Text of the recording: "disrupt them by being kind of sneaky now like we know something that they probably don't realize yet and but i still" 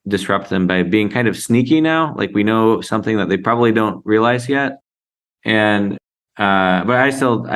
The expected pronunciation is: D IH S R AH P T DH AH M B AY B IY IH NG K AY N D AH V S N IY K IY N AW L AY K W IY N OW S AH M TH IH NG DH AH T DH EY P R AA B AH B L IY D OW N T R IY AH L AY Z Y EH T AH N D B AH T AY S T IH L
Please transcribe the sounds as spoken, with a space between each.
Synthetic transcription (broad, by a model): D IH S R AH P T DH AH M B AY B IY IH NG K AY N D AH V S N IY K IY N AW L AY K W IY N OW S AH M TH IH NG DH AH T DH EY P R AA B AH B L IY D OW N T R IY AH L AY Z Y EH T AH N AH B AH T AY S T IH L